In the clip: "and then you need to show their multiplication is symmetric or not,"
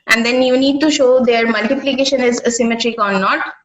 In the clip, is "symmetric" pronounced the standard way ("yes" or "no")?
yes